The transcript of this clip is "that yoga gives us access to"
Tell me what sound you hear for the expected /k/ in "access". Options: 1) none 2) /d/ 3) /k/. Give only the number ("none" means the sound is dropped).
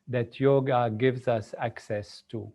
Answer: 3